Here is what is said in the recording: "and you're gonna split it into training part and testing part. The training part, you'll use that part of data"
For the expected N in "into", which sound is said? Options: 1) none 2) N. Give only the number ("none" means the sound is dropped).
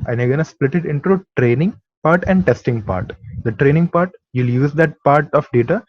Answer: 2